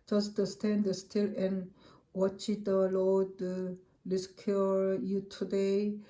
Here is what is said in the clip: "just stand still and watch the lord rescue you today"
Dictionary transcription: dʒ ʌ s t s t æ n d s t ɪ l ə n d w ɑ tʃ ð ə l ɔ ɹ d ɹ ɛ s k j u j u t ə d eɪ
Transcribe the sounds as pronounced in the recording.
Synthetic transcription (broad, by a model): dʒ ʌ s t s t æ n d s t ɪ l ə n w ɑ tʃ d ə l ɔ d l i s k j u j u t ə d eɪ